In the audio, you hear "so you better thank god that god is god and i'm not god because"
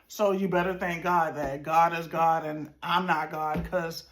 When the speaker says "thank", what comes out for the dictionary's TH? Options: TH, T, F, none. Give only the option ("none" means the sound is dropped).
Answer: TH